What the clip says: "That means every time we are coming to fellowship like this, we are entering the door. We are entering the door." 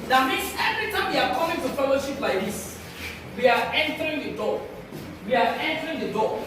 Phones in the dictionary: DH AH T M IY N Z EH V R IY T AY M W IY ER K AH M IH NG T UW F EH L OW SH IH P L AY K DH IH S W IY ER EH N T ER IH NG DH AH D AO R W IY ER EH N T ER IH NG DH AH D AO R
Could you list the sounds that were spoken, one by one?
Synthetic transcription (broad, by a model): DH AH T M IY N S EH V R IY T AY M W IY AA K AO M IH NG T UW F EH L OW SH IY P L AY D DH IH S W IY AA EH N T ER IH NG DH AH D AO W IY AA EH N T ER IH NG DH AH D AO